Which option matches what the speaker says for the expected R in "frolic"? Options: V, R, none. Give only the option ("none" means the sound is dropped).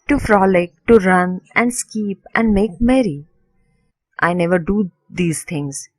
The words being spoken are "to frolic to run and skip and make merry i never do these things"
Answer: R